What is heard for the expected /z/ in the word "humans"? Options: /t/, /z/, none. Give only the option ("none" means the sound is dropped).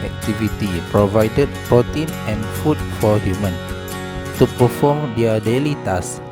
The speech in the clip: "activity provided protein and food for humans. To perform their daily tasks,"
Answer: none